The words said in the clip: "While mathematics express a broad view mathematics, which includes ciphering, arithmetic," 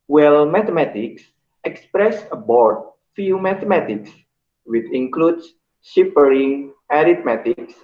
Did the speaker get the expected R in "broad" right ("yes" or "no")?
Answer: no